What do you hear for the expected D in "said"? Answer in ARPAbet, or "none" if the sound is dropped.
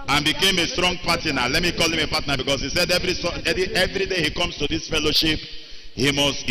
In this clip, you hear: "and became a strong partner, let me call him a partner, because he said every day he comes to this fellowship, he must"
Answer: D